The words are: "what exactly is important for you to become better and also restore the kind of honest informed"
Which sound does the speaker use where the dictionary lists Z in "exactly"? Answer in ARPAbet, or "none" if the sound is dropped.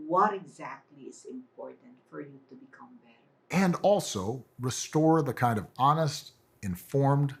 Z